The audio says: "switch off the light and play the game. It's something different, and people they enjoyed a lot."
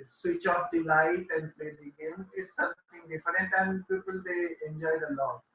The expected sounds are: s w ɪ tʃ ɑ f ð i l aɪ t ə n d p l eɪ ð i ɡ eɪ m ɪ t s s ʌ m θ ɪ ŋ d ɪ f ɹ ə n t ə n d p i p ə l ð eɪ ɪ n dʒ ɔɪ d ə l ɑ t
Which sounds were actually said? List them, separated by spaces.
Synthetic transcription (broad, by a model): s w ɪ tʃ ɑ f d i l aɪ t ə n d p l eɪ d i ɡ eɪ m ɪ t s s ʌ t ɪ ŋ d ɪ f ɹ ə t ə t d p i p ə l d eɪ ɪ n dʒ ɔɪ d ə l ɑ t